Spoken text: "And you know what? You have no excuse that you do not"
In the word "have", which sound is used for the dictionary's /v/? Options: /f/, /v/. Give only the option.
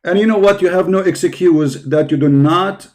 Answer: /v/